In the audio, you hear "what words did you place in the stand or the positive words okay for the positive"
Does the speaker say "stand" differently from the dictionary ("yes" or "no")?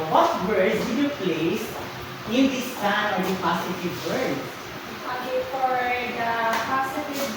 yes